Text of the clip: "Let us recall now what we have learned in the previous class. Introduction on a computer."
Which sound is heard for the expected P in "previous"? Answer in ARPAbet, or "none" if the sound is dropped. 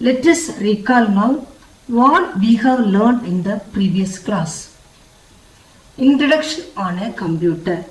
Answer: P